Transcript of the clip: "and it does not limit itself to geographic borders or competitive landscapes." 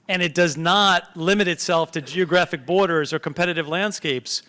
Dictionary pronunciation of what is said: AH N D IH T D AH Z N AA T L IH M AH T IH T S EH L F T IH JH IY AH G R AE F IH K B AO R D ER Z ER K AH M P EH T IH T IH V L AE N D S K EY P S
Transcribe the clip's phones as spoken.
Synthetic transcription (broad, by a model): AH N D IH T D AH Z N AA T L IH M AH T IH T S EH L F T IH JH IY AH G R AE F IH K B AO R D ER Z ER K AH M P EH T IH T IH V L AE N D S K EY P S